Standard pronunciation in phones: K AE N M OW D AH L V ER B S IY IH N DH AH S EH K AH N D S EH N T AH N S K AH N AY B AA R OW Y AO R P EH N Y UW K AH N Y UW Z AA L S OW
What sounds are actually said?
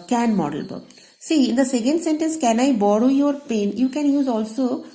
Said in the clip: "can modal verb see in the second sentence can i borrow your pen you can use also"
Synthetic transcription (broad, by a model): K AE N M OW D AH L B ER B S IY IH N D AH S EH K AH N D S EH N T AH N S K AH N AY B AA R OW Y AO R P EH N Y UW K AH N Y UW Z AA L S OW